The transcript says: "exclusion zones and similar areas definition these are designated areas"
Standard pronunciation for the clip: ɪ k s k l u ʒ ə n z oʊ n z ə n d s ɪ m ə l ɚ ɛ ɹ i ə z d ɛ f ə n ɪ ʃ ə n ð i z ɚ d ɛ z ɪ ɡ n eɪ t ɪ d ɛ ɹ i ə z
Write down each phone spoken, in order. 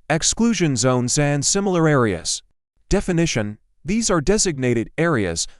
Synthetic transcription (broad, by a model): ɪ k s k l u ʒ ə n z oʊ n z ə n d s ɪ m l ɚ ɛ ɹ i ə z d ɛ f ə n ɪ ʃ ə n ð i z ɚ d ɛ z ɪ ɡ n eɪ t ɪ d ɛ ɹ i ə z